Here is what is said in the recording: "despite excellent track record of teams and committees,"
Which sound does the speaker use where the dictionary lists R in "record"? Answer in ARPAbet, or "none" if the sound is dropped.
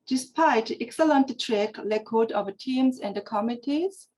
L